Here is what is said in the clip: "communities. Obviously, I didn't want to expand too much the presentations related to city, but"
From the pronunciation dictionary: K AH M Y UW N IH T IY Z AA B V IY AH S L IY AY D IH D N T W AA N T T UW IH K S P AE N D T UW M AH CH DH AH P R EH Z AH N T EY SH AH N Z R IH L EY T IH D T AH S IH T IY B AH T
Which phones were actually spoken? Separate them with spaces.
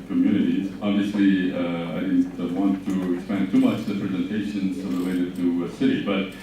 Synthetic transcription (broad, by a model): K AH M Y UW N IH T IY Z AA B V IY AH S L IY AY D IH D N T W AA N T T UW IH K S P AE N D T UW M AH CH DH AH P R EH Z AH N T EY SH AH N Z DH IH W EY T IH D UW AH S IH T IY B AH T